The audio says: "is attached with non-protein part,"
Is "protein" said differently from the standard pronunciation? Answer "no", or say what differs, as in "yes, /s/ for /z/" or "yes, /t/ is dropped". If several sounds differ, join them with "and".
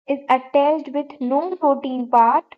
yes, /ɹ/ is dropped